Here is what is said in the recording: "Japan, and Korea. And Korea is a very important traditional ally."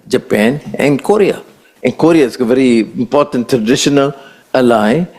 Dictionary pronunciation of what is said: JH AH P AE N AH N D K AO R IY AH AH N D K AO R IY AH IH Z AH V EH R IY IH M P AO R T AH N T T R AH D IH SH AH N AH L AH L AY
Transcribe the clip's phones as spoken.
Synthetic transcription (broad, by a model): JH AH P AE N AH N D K AO R IY AH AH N K AO R IY AH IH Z AH V EH R IY IH M P AO R T AH N T T R AH D IH SH AH N AH L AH L AY